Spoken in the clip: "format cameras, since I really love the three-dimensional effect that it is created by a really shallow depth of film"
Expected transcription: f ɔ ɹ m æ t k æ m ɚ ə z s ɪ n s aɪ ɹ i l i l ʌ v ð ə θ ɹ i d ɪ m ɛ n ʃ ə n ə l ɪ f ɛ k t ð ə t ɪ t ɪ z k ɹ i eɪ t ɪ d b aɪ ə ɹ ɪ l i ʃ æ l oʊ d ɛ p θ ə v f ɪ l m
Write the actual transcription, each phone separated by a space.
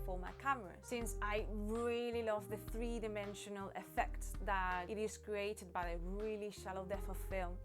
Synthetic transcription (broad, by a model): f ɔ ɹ m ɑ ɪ k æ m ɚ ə s ɪ n s aɪ ɹ i l i l ʌ v ð ə θ ɹ i d ɪ m ɛ n ʃ ə n ə l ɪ f ɛ k t ð ə t ɪ t ɪ z k ɹ i eɪ t ɪ d b aɪ ə ɹ ɪ l i ʃ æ l oʊ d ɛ θ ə f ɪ l m